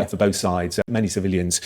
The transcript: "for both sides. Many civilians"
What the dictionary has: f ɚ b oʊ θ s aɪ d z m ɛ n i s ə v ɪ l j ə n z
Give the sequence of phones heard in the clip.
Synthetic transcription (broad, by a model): f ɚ b oʊ θ s aɪ d z m ɛ n i s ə v ɪ l j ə n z